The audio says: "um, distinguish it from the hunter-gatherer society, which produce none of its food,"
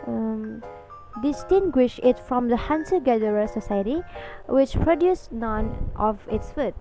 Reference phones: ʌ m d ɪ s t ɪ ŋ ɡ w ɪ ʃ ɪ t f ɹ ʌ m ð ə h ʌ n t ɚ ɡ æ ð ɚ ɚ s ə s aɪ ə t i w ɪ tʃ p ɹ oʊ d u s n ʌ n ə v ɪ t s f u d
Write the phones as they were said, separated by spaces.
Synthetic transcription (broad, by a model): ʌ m d ɪ s t ɪ ŋ ɡ w ɪ ʃ ɪ t f ɹ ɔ m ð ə h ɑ n s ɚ ɡ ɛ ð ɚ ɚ s ə s aɪ ə t i w ɪ tʃ p ɹ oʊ d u s n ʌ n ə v ɪ t s f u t